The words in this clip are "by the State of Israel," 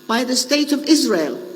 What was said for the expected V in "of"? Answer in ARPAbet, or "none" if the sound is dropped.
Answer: V